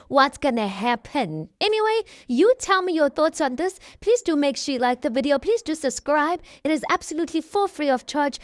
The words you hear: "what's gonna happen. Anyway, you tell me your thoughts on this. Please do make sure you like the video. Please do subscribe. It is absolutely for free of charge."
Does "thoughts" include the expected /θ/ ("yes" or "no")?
yes